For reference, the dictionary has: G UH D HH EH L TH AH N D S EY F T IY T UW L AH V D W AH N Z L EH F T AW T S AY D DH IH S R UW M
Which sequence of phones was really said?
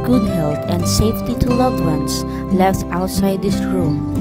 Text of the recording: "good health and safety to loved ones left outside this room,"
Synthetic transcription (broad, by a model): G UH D HH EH L T AH N D S EY F T IY T UW L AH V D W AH N S L EH F T AW T S AY D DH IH S R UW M